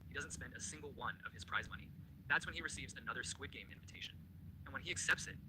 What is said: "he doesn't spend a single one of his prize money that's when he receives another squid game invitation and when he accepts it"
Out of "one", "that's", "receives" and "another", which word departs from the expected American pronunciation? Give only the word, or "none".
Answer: none